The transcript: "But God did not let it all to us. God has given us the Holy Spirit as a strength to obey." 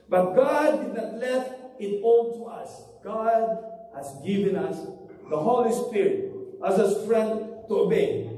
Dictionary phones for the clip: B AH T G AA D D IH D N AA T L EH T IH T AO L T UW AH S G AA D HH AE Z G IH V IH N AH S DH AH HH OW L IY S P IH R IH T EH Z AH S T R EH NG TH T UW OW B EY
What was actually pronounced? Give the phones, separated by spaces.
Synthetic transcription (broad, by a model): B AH T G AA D D IH D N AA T L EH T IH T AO N T UW AH S G AA D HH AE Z G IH V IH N AH S DH AH HH OW L IY S P IH R IH T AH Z AH S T R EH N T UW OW B EY